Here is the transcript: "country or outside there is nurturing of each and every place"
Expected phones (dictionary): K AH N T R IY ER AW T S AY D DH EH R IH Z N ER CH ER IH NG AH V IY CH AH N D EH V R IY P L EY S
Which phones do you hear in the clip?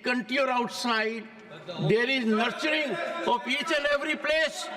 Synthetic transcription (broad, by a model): K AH N T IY ER AW T S AY D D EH R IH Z N ER CH ER IH NG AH P IY CH AH N D EH V R IY P L EY S